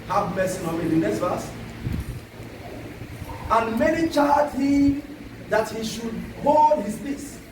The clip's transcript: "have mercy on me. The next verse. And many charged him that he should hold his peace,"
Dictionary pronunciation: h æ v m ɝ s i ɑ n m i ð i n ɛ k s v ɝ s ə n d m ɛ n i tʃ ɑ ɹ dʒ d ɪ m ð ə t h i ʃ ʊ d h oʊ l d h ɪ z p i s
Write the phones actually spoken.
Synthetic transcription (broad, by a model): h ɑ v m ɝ s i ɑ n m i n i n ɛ s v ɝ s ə n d m ɛ n i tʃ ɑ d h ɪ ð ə t h i ʃ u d h oʊ l d h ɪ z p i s